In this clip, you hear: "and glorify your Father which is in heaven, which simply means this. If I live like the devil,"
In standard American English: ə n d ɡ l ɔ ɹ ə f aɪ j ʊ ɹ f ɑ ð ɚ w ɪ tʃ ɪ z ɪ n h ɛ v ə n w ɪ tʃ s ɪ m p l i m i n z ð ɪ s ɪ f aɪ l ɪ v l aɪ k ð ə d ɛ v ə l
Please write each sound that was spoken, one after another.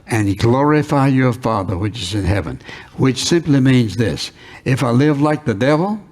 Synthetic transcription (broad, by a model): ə n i ɡ l ɔ ɹ ə f aɪ j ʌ ɹ f ɑ ð ɚ w ɪ tʃ ɪ z ɪ n h ɛ v ə n w ɪ tʃ s ɪ m p l i m i n z ð ɪ s ɪ f aɪ l ɪ v l aɪ k ð ə d ɛ v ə l